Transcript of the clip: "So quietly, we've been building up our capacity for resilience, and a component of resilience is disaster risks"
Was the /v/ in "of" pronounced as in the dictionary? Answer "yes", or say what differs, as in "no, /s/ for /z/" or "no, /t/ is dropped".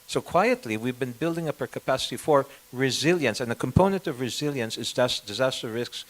yes